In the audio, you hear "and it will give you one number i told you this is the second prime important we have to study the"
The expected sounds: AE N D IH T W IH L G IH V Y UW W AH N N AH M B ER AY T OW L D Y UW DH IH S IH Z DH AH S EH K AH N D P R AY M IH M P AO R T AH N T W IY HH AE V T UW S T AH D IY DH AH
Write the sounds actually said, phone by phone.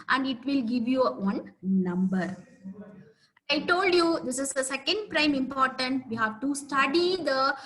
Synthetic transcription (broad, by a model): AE N D IH T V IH L G IH V Y UW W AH N N AH M B ER AY T OW L D Y UW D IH S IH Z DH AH S EH K AH N D P R AY M IH M P AO R T AH N T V IY HH AE V T UW S T AH D IY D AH